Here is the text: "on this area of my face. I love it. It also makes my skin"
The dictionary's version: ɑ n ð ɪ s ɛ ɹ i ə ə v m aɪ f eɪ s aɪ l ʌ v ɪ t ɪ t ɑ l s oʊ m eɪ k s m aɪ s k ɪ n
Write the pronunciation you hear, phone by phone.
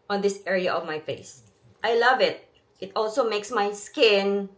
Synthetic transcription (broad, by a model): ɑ n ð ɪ s ɛ ɹ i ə ə v m aɪ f eɪ s aɪ l ʌ v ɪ t ɪ t ɑ l s oʊ m eɪ k s m aɪ s k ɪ n